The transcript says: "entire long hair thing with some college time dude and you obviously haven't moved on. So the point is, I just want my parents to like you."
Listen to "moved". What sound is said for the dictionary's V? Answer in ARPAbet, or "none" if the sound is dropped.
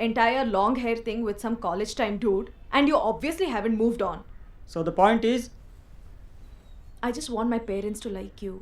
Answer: V